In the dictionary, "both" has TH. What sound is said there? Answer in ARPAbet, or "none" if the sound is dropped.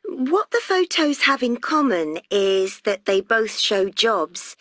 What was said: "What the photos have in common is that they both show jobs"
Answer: TH